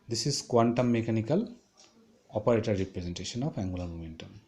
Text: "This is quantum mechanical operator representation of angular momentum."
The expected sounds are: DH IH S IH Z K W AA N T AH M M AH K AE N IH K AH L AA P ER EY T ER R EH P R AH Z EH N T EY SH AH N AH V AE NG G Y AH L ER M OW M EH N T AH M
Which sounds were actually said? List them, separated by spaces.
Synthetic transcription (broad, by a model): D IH S IH Z K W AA N T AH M M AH K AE N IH K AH L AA P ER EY T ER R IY P R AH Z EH N T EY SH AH N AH P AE NG G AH L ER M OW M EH N T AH M